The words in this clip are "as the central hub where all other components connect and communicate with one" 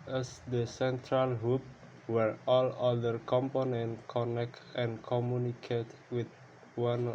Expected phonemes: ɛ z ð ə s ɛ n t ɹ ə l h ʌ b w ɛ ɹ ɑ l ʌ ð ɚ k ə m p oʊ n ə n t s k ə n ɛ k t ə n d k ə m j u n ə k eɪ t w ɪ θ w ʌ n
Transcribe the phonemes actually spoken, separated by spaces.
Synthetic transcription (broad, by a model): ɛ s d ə s ɛ n t ɹ ə l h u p w ɛ ɹ ɑ l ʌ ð ɚ k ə m p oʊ n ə n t k ə n ɛ k t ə n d k ə m j u n ə k eɪ t w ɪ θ w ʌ n